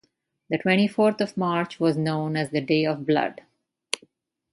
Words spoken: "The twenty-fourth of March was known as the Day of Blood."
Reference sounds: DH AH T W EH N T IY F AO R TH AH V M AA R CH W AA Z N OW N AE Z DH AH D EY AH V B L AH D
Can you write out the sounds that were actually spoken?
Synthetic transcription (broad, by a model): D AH T W EH N T IY F AO R T AH V M AA R CH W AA Z N OW N AE Z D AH D EY AH V B L AH D